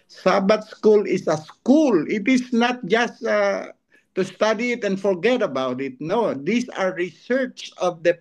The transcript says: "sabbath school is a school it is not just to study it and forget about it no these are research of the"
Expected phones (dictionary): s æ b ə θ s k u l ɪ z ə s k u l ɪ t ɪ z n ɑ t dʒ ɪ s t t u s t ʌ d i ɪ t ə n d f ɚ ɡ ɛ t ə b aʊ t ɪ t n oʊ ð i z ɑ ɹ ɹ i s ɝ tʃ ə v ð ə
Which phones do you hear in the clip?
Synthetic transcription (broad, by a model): s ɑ b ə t s k u l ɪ s ə s k u l ɪ t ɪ s n ɑ t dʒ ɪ s t t u s t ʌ d i ɪ t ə n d f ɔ ɡ ɛ t ə b aʊ t ɪ t n oʊ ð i s ɑ ɹ ɹ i s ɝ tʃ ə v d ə